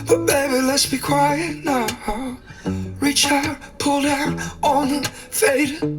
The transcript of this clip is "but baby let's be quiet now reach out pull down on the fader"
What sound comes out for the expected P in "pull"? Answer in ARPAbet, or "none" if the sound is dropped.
P